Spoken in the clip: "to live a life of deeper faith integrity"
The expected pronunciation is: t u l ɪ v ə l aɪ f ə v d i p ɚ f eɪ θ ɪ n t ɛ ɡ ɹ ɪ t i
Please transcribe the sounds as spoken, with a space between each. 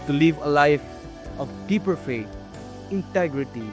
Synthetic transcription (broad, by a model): t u l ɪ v ə l aɪ f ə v d i p ɚ f eɪ t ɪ n t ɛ ɡ ɹ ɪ t i